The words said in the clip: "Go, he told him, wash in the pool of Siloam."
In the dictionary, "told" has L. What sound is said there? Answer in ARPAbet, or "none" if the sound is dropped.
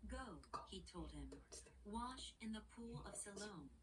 L